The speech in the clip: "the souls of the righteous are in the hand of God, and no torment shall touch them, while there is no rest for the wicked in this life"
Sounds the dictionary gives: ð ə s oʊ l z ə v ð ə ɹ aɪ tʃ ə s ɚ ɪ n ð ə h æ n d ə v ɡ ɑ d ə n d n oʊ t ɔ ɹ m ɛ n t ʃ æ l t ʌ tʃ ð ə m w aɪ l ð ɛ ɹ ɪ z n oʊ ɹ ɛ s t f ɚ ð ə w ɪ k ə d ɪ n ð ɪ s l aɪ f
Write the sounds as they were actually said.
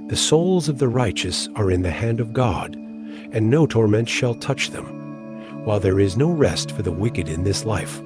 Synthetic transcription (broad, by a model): ð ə s oʊ l z ə v ð ə ɹ aɪ tʃ ə s ɚ ɪ n ð ə h æ n d ə v ɡ ɑ d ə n n oʊ t ɔ ɹ m ɛ n t ʃ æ l t ʌ tʃ ð ə m w aɪ l ð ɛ ɹ ɪ z n oʊ ɹ ɛ s t f ɚ ð ə w ɪ k ə d ɪ n ð ɪ s l aɪ f